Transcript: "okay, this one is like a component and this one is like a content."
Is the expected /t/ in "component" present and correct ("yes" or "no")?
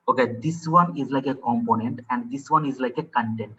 yes